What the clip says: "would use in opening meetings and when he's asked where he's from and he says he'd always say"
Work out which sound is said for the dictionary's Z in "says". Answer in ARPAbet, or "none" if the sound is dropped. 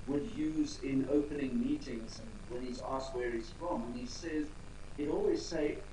Z